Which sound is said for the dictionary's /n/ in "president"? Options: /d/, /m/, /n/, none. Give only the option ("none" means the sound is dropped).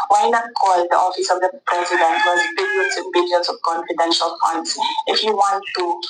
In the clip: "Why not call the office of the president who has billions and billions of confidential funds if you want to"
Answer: /n/